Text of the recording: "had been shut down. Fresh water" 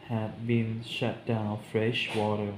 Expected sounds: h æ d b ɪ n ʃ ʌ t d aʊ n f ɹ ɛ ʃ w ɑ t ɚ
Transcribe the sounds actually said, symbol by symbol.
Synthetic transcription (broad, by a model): h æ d b ɪ n ʃ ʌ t d aʊ n f ɹ ɛ ʃ w ɑ t ɚ